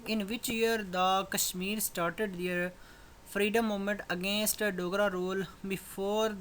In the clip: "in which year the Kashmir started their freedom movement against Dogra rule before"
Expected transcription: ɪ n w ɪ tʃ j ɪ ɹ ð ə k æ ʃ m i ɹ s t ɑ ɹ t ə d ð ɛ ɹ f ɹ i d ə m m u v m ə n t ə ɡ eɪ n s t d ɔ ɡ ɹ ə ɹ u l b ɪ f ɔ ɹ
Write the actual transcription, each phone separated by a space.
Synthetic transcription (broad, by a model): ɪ n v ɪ tʃ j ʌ ɹ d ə k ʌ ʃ m i ɹ s t ɑ ɹ t ə d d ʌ ɹ p ɹ i d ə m m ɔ m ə n t ə ɡ eɪ n s t d ɔ ɡ ɹ ə ɹ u l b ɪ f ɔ ɹ